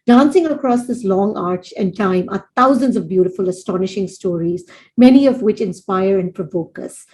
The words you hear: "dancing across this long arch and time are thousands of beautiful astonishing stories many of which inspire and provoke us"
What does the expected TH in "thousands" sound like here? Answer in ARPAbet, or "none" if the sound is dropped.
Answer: T